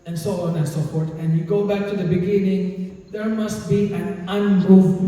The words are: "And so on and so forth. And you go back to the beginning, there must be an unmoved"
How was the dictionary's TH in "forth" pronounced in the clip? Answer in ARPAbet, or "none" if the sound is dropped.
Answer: T